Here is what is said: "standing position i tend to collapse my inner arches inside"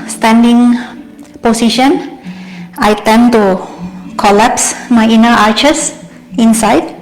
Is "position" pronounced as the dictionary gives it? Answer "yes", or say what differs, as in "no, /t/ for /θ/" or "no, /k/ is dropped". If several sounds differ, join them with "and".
no, /s/ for /z/